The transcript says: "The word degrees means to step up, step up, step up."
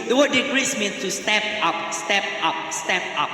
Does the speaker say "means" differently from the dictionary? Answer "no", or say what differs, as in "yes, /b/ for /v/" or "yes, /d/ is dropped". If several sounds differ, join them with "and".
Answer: yes, /s/ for /z/